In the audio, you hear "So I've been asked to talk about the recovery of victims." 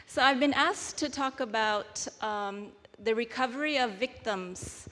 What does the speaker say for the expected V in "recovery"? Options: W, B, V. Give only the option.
V